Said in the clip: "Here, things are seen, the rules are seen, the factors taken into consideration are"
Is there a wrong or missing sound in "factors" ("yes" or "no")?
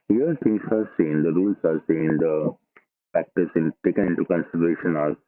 yes